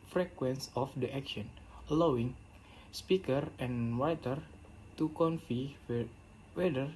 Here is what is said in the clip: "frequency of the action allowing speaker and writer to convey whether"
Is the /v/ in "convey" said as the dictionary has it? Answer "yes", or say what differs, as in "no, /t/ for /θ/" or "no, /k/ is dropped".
no, /f/ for /v/